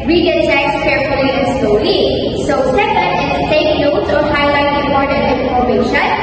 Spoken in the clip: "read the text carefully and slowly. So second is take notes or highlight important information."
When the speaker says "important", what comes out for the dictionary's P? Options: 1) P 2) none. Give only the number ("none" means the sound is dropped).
2